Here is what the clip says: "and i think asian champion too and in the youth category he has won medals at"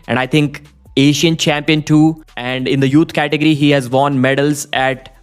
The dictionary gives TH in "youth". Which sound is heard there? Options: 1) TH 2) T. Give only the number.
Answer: 2